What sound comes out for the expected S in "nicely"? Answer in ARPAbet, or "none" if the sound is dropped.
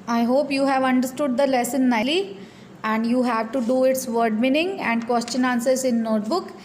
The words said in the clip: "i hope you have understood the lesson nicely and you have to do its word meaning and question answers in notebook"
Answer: none